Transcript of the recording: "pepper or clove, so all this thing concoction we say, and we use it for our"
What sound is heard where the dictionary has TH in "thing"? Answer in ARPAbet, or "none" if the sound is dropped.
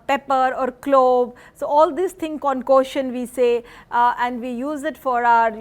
T